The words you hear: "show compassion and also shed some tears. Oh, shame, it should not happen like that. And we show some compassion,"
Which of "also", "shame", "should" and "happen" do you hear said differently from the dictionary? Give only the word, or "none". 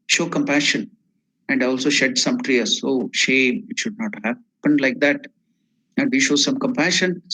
none